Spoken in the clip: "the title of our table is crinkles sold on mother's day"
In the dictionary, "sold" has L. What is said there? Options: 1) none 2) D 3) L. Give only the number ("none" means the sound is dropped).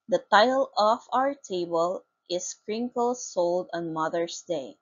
3